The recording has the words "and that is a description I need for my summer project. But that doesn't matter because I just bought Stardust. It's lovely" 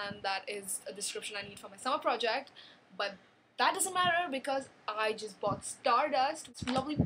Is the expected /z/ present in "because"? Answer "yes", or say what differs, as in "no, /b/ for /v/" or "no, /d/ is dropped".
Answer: yes